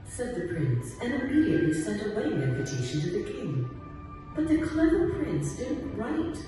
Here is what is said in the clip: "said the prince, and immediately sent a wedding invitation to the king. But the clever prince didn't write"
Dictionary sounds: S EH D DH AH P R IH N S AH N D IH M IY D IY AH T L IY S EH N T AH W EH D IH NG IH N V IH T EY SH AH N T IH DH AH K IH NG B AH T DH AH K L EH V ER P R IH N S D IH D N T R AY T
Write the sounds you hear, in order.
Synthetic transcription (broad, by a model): S EH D DH AH P R IH N S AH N IH M IY D IY AH T L IY S EH N T AH W EH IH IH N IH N V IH T EY SH N T IH DH AH K IH NG B AH T DH AH K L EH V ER P R IH N S D IH D N T R AY T